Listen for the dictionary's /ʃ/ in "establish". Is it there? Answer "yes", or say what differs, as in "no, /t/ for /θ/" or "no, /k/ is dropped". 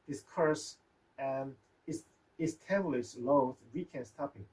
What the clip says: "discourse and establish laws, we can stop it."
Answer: no, /s/ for /ʃ/